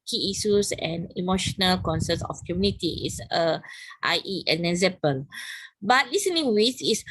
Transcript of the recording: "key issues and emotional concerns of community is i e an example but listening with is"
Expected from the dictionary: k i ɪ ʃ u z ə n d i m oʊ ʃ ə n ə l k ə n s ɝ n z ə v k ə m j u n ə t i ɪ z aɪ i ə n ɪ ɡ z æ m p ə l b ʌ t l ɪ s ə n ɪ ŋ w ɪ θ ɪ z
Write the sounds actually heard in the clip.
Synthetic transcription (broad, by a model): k i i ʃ u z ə n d i m oʊ ʃ ə n ə l k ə n s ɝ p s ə f k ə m j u n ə t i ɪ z aɪ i ə n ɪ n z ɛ p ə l b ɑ t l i s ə n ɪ ŋ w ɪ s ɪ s